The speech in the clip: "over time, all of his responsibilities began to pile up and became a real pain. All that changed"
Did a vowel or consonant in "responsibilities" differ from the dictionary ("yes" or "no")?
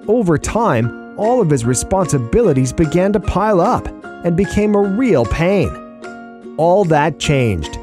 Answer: no